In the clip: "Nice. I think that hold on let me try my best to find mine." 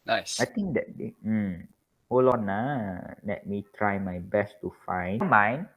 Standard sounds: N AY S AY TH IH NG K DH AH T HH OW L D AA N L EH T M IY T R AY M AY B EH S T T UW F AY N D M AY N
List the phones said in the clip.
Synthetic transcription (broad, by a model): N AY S AY T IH NG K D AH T HH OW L AA N L EH T M IY T R AY M AY B EH S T T UW F AY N M AY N